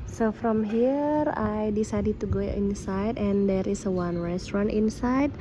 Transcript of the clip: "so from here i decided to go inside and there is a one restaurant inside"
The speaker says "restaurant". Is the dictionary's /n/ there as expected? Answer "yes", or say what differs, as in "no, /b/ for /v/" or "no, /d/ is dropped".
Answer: yes